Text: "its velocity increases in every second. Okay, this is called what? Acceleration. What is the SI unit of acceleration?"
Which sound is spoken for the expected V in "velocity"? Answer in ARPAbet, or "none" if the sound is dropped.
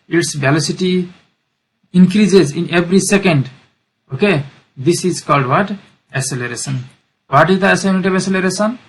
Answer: B